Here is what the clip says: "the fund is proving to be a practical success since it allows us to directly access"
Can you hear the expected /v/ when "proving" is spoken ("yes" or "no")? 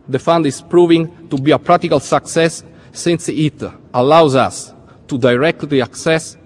yes